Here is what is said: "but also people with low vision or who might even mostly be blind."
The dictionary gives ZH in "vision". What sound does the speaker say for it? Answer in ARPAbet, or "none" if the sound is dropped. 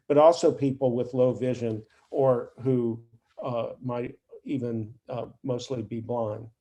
ZH